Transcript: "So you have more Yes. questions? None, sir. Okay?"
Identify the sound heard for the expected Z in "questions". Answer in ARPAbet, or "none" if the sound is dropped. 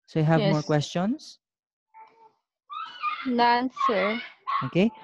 S